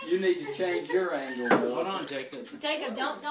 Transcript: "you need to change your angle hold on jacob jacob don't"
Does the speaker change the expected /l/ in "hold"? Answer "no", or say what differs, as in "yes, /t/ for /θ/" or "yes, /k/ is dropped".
yes, /l/ is dropped